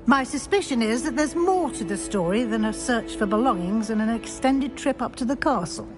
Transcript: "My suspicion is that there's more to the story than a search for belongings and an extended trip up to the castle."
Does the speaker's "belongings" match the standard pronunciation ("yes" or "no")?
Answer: yes